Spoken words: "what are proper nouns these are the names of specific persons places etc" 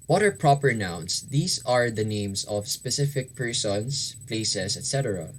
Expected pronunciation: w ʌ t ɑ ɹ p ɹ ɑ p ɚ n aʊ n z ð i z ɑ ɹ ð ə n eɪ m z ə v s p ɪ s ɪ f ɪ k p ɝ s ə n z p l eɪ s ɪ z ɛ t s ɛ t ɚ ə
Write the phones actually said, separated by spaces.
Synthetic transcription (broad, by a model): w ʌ t ɑ ɹ p ɹ ɑ p ɚ n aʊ n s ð i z ɑ ɹ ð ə n eɪ m s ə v s p ɪ s ɪ f ɪ k p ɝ s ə n s p l eɪ s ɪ s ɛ t s ɛ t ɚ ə